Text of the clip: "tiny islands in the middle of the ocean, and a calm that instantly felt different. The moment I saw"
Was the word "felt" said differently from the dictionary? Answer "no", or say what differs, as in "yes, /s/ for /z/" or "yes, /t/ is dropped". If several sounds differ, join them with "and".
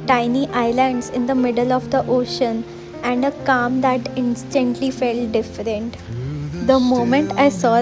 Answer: no